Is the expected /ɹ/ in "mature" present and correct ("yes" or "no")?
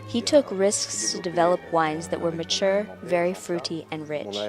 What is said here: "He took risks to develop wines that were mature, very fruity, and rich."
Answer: yes